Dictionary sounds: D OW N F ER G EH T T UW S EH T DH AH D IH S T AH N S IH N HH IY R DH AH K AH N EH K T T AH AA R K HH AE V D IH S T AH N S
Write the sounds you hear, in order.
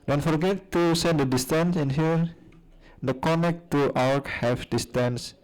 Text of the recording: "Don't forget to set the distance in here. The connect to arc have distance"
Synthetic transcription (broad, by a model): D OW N F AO G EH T T UW S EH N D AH D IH S T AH N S IH N HH IY R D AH K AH N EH K T T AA W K HH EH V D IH S T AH N S